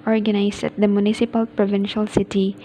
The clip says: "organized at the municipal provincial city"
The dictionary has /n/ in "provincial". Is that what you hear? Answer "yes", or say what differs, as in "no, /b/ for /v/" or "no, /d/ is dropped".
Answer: yes